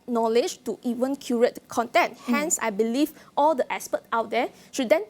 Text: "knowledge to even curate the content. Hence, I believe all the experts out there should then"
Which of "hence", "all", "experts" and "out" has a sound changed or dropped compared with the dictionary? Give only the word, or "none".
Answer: experts